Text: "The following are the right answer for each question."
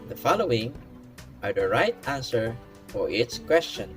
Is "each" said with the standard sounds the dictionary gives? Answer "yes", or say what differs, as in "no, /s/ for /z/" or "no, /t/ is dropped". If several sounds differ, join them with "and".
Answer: no, /s/ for /tʃ/